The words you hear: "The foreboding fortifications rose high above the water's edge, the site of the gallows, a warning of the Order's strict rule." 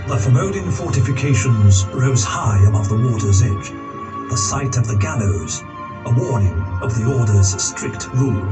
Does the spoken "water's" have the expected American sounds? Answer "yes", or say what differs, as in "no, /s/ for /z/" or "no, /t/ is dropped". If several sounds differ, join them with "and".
yes